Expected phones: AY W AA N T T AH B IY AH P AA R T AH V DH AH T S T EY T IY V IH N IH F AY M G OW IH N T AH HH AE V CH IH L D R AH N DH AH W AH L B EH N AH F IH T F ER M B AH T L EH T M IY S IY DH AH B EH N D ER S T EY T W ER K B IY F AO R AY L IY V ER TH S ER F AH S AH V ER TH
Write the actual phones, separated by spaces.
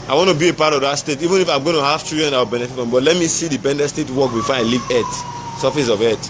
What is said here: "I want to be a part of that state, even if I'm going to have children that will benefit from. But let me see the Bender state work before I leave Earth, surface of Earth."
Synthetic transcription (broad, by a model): AY W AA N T T AH B IY AH P AA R T AH V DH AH T S T EY T IY V IH N IH F AY M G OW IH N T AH HH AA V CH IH D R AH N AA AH W AH L B EH N AH F IH T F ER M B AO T L EH T M IY S IY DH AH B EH N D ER S T EY T W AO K B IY F AO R AY L IY V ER T S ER F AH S AH V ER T